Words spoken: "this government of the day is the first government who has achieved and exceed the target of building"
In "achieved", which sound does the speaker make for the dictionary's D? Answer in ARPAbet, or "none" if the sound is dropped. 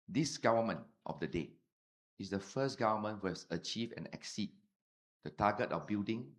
none